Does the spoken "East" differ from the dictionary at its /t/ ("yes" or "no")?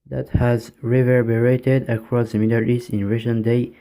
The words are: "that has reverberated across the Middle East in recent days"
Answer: yes